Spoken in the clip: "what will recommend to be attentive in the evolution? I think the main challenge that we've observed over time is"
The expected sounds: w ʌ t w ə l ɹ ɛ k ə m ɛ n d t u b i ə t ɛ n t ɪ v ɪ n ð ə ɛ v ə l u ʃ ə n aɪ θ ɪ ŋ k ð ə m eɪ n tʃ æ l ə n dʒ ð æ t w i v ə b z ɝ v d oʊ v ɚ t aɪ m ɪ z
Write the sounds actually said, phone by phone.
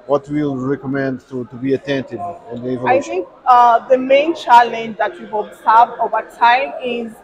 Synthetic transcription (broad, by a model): w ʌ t w ə l ɹ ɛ k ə m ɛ n d t u b i ə t ɛ n t ɪ v ɪ n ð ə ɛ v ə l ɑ ə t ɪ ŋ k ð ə m eɪ n tʃ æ l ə n dʒ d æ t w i ə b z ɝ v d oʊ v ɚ t aɪ m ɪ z